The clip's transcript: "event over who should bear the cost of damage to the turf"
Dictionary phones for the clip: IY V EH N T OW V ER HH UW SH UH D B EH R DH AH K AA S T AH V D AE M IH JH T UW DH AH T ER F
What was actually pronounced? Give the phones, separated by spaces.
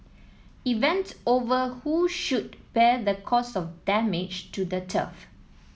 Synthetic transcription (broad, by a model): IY V EH N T OW V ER HH UW SH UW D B EH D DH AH K AA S AH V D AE M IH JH T UW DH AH T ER F